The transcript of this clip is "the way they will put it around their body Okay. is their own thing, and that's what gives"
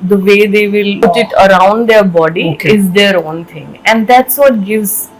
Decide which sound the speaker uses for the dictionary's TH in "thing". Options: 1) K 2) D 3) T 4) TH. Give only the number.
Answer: 3